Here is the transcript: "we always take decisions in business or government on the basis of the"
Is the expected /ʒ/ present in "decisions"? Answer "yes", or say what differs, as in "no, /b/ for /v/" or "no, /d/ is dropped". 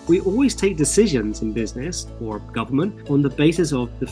yes